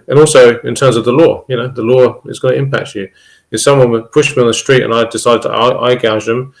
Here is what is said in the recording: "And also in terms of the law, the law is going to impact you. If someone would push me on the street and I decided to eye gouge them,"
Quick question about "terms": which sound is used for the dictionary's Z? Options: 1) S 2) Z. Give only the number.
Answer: 2